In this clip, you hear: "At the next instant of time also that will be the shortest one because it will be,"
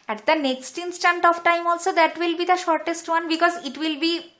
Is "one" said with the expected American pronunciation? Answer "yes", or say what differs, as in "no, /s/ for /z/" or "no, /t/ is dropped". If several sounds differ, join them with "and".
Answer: yes